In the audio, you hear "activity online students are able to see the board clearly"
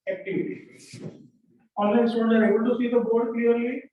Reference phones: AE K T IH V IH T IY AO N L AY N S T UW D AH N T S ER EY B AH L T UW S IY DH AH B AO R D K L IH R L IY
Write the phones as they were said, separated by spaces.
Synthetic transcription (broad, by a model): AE K T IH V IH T IY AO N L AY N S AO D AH T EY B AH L T UW S IY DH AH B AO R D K L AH R L IY